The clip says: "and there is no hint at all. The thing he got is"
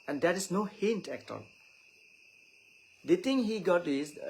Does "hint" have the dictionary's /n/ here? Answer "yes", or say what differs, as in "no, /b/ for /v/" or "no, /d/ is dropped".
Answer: yes